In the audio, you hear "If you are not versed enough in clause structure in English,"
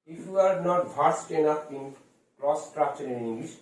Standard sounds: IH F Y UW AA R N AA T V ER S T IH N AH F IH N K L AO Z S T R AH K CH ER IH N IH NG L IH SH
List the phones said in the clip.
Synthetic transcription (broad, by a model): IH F Y UW AA R N AA T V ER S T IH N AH P IH N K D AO S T R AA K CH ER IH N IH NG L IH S